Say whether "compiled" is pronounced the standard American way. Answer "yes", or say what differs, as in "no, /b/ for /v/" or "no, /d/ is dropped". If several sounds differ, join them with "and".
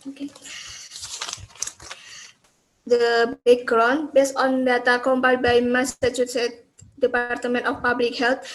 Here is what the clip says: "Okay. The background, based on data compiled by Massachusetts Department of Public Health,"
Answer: no, /l/ is dropped